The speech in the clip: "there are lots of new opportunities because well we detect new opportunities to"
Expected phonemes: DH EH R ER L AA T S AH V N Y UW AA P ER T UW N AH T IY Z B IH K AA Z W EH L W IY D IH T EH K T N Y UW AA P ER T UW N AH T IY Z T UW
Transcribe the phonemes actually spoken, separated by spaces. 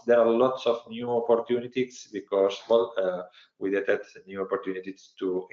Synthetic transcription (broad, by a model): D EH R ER L AA T S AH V N Y UW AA P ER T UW N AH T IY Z B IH K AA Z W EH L W IY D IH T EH T N Y UW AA P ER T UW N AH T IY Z T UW